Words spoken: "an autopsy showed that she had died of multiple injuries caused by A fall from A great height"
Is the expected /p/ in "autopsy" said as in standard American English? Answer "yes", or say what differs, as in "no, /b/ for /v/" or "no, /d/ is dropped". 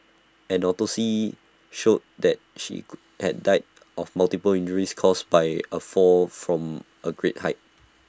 no, /p/ is dropped